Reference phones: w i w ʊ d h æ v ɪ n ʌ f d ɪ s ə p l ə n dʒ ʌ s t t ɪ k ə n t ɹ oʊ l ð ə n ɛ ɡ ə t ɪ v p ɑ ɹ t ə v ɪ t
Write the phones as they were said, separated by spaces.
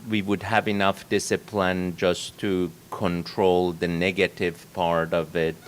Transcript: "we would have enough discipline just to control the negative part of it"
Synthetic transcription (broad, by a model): w i w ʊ d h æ v ɪ n ʌ f d ɪ s ə p l ə n dʒ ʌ s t t ɪ k ə n t ɹ oʊ l ð ə n ɛ ɡ ə t ɪ v p ɑ ɹ t ə v ɪ t